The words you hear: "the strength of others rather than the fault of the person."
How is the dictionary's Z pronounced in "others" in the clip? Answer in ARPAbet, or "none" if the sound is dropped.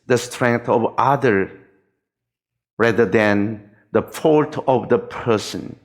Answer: none